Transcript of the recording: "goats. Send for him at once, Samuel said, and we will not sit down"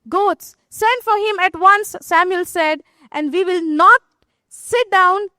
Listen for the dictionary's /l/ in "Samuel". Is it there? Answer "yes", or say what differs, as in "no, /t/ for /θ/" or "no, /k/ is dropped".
yes